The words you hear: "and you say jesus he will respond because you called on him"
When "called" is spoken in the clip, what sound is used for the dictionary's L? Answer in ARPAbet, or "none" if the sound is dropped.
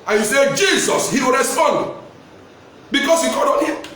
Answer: none